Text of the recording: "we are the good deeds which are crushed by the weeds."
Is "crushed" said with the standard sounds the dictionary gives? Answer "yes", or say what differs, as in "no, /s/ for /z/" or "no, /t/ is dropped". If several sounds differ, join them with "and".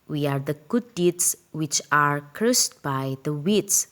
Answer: no, /s/ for /ʃ/